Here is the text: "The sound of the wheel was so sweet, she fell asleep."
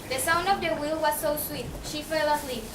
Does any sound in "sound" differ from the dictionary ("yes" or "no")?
no